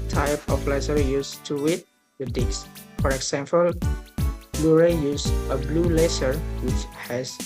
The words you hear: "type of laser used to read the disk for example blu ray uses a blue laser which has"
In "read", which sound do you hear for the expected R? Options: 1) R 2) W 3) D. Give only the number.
2